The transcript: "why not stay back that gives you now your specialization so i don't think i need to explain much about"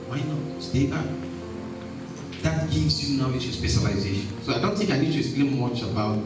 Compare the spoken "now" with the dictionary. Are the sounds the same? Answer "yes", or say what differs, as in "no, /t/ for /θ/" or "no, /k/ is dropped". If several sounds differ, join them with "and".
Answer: no, /l/ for /n/